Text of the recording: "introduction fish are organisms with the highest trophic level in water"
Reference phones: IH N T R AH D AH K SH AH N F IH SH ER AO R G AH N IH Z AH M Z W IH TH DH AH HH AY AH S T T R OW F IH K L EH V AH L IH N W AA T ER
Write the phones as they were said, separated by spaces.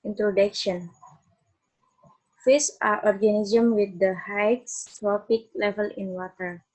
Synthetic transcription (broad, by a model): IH N T R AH D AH K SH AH N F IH S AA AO R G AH N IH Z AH M W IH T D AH HH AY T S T R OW P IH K L EH V AH L IH N W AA T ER